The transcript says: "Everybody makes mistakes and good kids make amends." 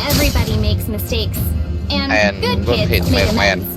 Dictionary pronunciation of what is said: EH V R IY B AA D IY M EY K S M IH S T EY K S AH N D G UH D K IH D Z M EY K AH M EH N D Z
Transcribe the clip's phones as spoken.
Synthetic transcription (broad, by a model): EH V R IY B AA D IY M EY K S M IH S T EY K S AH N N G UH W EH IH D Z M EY AH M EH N